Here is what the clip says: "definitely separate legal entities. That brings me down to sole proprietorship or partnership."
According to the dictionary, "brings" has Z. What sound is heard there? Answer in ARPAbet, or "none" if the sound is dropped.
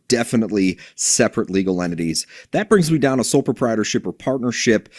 Z